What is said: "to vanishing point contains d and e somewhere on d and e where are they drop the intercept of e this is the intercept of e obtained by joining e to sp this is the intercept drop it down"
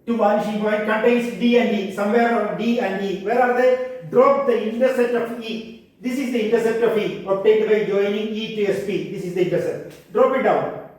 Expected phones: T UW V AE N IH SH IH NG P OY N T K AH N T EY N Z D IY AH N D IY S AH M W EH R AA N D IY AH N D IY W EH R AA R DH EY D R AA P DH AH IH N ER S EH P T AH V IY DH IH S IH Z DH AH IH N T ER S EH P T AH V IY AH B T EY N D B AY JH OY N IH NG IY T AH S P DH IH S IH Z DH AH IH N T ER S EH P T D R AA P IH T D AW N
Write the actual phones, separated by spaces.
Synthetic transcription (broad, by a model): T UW B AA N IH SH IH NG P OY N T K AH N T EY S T D IY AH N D IY S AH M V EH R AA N D IY AH N D IY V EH R AA R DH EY D R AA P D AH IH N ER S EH T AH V IY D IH S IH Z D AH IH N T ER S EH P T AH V IY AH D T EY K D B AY JH OY N IH NG IY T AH S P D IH S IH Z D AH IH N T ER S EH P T D R AA P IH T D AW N